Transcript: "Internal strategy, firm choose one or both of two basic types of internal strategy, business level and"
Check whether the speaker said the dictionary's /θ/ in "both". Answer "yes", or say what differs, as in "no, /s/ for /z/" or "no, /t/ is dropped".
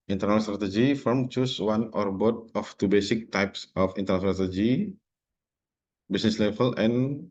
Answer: no, /t/ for /θ/